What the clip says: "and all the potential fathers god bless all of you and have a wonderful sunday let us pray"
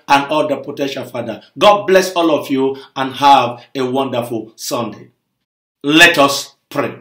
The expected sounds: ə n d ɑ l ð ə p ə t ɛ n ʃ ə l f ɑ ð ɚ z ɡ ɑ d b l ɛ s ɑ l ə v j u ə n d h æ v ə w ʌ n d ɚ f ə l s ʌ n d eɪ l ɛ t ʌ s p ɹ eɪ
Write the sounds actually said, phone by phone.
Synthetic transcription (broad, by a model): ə n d ɑ l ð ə p ə t ɛ n ʃ ə l f ɑ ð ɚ ɡ ɑ d b l ɛ s ɑ l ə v j u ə n h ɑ v ə w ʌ n d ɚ f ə l s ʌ n d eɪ l ɛ t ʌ s p ɹ eɪ